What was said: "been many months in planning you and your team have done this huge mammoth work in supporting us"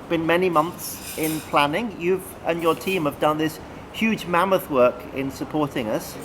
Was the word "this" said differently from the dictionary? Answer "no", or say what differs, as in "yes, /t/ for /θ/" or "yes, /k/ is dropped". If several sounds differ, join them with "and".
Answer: no